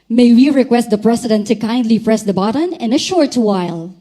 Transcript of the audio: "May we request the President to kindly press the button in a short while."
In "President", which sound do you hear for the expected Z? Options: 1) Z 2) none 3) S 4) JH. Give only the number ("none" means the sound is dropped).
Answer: 3